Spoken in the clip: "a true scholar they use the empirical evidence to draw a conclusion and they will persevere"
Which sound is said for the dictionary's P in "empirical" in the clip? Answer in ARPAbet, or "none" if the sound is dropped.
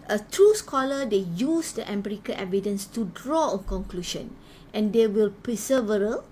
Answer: B